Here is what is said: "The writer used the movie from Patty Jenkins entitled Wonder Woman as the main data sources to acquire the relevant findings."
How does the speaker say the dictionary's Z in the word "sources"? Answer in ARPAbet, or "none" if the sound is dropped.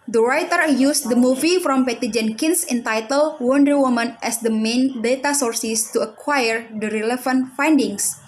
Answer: S